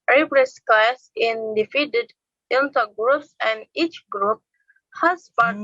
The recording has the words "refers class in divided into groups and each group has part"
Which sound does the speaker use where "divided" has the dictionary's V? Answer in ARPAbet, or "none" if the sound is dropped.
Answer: F